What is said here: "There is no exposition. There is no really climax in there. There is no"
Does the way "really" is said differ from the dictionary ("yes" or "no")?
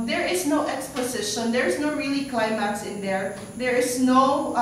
no